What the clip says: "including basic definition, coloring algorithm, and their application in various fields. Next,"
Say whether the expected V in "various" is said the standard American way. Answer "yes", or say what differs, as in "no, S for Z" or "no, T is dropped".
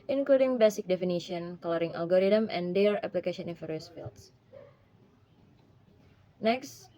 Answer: no, F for V